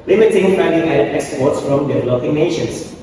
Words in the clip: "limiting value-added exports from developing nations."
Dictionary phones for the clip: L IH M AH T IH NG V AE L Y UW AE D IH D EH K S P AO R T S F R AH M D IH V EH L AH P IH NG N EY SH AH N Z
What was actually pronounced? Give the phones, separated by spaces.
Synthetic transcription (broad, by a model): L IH M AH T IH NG F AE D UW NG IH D EH K S P AO R T S F R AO M D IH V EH L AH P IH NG N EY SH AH N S